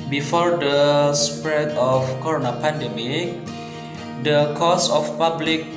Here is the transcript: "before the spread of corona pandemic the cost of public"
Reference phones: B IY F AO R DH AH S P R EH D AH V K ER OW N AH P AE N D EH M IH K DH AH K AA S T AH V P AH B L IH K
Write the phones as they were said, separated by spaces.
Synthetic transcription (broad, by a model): B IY F AO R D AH S P R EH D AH F K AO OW N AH P AE N D EH M IH K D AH K AA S AH F P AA B L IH K